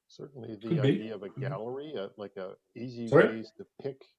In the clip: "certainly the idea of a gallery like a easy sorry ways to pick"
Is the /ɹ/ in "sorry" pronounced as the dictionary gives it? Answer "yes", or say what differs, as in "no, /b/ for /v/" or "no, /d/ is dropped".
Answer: no, /ɹ/ is dropped